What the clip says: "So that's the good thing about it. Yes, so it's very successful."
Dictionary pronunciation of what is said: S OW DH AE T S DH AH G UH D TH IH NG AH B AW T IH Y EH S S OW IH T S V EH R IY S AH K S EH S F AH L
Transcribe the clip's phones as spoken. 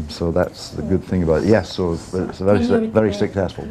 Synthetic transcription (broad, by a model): S OW DH AE T S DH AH G UH D TH IH NG AH B AW T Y EH S S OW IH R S V EH R IY S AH K S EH S F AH L